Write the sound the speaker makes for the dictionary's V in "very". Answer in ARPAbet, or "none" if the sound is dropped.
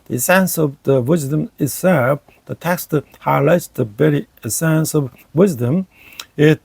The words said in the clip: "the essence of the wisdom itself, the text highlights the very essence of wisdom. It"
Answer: B